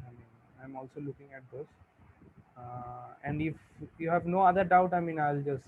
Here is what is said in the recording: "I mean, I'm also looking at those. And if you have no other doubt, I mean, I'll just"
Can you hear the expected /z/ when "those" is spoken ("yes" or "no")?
no